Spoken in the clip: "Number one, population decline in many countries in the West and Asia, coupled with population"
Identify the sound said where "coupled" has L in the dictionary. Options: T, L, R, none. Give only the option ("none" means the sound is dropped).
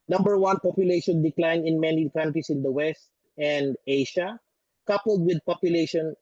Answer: L